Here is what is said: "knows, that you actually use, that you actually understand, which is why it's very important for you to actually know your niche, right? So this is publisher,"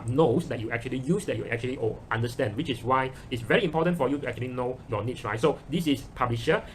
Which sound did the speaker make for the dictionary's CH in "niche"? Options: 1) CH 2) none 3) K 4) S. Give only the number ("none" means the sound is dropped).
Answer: 4